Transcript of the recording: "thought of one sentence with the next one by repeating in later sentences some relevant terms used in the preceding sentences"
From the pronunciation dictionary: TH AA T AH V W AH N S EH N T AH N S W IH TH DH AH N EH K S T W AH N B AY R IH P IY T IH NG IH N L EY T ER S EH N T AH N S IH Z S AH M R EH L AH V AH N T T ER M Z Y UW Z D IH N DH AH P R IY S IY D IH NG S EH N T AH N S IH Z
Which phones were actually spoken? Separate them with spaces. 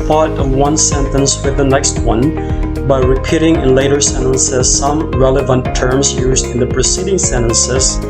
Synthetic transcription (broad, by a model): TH AA T AH V W AH N S EH N T AH N S W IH DH AH N EH K S T W AH N B AY R IH P IY T IH NG IH N L EY T ER S EH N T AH N S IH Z S AH M R EH L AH V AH N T T ER M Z Y UW Z D IH N DH AH P R IY S IY D IH NG S EH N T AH N S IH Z